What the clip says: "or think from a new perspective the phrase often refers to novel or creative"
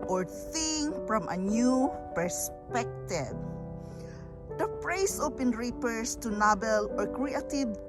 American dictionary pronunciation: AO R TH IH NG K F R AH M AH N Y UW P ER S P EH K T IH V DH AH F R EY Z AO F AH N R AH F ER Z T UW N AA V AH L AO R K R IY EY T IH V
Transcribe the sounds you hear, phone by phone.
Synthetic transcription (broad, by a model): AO R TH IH NG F R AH M AH N Y UW P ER S P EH K T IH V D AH P R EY S AO P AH N R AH P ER S T UW N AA B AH L AO R K R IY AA T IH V